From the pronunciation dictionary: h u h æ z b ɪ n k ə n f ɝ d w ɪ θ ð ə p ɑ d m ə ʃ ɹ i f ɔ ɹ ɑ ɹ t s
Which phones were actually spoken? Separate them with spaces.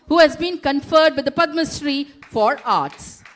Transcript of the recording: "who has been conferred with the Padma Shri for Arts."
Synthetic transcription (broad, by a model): h u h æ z b ɪ n k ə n f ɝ d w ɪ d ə p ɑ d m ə s ɹ i f ɔ ɹ ɑ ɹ t s